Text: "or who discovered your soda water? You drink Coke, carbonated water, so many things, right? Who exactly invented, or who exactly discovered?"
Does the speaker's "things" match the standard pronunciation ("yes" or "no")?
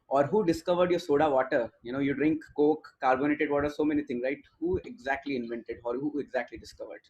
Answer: no